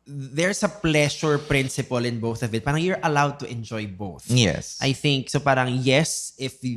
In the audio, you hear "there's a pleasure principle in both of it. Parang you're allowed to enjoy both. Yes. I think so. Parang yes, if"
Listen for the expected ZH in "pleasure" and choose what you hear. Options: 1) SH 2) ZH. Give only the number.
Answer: 1